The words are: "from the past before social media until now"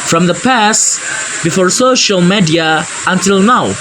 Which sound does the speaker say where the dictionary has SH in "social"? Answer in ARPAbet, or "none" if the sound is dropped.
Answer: SH